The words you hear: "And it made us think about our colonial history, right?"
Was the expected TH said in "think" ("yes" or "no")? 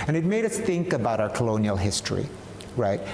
yes